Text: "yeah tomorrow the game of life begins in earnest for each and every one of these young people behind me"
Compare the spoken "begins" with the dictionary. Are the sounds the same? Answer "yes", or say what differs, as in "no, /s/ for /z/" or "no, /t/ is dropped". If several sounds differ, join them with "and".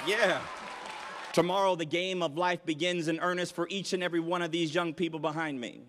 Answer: yes